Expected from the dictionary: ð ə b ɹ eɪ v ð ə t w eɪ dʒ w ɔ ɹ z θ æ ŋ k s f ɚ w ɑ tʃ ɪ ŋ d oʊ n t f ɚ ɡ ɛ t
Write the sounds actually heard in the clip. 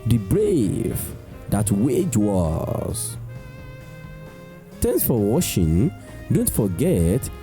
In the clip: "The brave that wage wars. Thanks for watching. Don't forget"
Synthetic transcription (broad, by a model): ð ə b ɹ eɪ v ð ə t w eɪ dʒ w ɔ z t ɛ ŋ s f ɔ w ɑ ʃ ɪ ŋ d oʊ n t f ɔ ɡ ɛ t